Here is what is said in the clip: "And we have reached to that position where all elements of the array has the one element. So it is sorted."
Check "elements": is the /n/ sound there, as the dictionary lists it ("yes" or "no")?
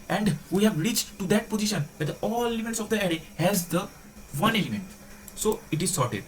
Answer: no